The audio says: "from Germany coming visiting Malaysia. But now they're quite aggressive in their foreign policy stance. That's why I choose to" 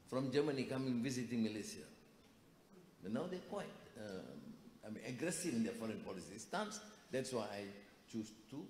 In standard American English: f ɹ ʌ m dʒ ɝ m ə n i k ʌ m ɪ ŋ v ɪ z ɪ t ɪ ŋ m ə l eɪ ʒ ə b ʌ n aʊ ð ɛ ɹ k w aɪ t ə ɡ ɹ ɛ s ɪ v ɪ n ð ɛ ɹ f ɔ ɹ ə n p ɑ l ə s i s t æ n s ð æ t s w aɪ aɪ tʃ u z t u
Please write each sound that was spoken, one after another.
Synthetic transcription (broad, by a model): f ɹ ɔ m dʒ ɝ m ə n i k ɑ m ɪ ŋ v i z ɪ t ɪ ŋ m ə l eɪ s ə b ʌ n aʊ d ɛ k w aɪ t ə ɡ ɹ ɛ s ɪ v ɪ n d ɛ f ɔ ɹ ə n p ɑ l ə s i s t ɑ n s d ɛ t s w aɪ aɪ tʃ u s t u